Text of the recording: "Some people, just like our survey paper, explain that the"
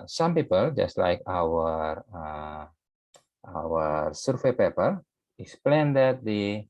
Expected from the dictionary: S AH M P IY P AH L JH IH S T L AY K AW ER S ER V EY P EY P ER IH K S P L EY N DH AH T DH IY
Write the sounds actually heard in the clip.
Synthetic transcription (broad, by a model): S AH M P IY P AH L JH IH S T L AY K AW ER S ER F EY P EY P ER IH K S P L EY N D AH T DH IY